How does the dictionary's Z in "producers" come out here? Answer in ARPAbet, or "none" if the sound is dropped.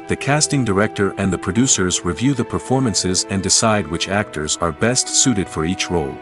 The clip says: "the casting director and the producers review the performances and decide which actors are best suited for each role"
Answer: Z